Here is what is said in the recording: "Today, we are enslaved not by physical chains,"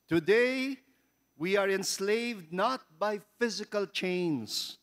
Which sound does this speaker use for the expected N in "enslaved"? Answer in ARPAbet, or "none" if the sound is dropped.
N